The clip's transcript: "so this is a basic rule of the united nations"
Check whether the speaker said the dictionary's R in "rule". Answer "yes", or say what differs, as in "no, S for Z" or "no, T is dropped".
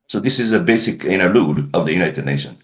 no, L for R